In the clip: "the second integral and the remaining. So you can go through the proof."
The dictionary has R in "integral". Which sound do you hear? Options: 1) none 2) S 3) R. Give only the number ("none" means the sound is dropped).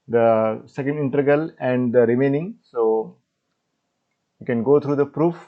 1